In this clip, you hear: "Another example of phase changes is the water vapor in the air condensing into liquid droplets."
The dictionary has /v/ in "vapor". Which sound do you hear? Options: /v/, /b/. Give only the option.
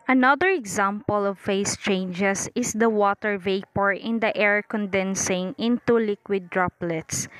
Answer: /v/